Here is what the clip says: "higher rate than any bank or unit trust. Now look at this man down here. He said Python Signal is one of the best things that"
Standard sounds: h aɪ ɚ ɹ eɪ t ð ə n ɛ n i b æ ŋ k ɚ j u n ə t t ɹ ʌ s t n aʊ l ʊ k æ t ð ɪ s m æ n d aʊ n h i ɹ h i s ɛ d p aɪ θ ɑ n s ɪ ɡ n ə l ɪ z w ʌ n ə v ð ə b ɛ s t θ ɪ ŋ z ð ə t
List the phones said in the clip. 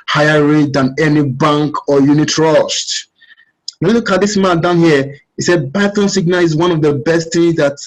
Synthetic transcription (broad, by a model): h aɪ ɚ ɹ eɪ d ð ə n ɛ n i b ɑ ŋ k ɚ j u n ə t t ɹ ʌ ʃ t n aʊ l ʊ k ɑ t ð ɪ s m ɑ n d aʊ n h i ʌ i s ɛ d b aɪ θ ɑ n s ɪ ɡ n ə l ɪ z w ʌ n ə v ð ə b ɛ s t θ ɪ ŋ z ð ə t